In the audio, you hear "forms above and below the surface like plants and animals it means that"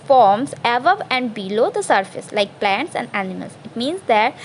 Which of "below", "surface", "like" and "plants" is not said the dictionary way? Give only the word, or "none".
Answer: none